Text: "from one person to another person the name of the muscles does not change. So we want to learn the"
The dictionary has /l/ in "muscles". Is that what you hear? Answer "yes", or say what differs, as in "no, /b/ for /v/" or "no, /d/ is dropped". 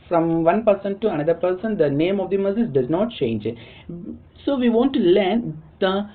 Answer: no, /l/ is dropped